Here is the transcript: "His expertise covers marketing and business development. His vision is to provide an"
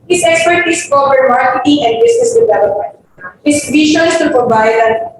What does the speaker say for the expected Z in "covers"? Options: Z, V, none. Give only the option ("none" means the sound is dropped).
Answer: none